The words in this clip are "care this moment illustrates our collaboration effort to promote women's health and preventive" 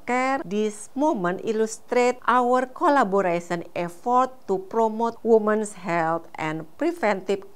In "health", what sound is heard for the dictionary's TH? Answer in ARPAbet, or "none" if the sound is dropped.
T